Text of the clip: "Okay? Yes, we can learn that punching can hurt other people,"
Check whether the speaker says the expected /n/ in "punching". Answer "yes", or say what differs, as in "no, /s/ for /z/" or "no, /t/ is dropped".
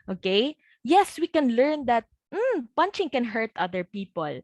yes